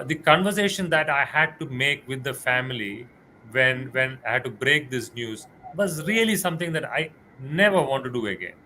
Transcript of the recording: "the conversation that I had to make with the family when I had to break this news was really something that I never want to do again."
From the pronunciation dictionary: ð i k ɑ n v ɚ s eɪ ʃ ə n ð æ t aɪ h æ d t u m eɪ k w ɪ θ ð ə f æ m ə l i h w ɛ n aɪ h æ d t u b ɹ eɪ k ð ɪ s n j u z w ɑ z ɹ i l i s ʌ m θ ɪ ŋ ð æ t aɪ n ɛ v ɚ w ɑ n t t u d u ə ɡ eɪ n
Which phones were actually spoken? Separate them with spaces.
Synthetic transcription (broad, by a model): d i k ɑ n v ɚ s eɪ ʃ ə n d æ t aɪ h æ d t u m eɪ k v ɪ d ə f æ m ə l i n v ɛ n aɪ h æ d t u b ɹ eɪ k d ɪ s n j u z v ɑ z ɹ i l i s ʌ m t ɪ ŋ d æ t aɪ n ɛ v ɚ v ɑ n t t u d u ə ɡ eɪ n